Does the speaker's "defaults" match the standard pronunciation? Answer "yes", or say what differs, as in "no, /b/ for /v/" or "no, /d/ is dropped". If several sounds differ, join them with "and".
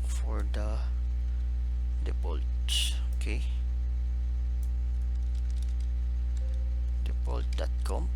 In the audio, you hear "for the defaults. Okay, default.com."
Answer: no, /p/ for /f/